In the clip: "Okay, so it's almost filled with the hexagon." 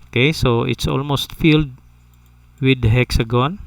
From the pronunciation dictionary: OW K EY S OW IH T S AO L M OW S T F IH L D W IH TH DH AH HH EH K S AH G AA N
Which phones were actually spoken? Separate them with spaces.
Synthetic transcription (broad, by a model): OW K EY S OW IH T S AO L M OW S T F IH L D W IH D HH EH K S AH G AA N